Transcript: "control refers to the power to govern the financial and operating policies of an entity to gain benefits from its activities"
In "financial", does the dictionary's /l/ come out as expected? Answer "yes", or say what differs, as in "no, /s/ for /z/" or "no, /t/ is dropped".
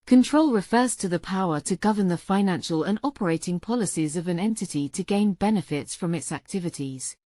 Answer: yes